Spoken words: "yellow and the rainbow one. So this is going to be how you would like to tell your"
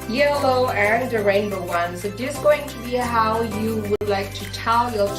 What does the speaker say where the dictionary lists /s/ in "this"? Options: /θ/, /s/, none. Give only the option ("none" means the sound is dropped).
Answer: none